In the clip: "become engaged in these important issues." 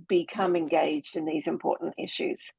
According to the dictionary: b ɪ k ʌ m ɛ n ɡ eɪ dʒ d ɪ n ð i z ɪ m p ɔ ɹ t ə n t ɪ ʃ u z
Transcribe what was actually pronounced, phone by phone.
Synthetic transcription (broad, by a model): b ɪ k ʌ m ɛ n ɡ eɪ dʒ d ɪ n ð i z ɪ m p ɔ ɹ t n t ɪ ʃ u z